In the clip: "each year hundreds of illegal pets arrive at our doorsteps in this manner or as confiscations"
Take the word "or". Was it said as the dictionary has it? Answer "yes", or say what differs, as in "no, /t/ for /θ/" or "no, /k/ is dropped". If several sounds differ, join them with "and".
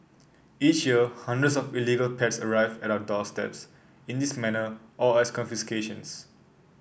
no, /l/ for /ɹ/